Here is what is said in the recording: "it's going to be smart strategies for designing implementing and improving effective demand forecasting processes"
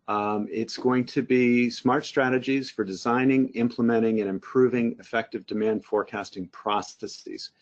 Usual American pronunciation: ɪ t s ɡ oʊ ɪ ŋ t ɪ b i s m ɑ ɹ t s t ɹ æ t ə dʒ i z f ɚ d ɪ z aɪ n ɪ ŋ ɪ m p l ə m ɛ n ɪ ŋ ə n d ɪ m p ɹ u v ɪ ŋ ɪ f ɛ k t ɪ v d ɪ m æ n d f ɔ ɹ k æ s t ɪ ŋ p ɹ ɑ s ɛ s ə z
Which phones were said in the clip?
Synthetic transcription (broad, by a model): ɪ t s ɡ oʊ ɪ ŋ t ɪ b i s m ɑ ɹ t s t ɹ æ t ə dʒ i z f ɚ d ɪ z aɪ n ɪ ŋ ɪ m p l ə m ɛ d ɪ ŋ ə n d ɪ m p ɹ u v ɪ ŋ ɪ f ɛ k t ɪ v d ɪ m æ n d f ɔ ɹ k æ s t ɪ ŋ p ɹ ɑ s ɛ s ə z